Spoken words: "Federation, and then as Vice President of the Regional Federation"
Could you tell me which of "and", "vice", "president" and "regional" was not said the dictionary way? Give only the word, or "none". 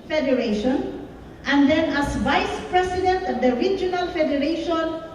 president